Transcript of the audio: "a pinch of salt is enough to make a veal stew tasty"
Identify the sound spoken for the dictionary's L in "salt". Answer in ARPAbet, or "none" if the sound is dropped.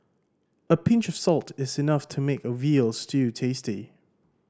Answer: L